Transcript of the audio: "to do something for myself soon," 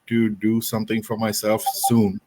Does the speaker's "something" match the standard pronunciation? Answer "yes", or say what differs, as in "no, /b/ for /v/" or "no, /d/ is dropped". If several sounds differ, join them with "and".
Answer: no, /t/ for /θ/